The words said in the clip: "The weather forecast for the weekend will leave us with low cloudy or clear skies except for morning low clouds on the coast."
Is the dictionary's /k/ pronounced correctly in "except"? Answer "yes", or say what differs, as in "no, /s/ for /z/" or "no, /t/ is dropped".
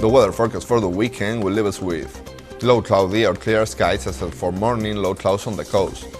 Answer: no, /k/ is dropped